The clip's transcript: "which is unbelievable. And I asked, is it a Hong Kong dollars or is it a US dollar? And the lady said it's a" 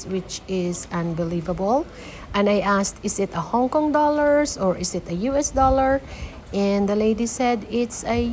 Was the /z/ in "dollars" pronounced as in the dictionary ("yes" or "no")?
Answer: no